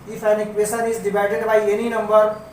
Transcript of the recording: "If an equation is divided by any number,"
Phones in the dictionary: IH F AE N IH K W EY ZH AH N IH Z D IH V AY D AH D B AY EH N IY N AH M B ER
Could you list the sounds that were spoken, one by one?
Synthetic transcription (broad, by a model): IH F AE N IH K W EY S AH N IH Z D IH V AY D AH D B AY EH N IY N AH M B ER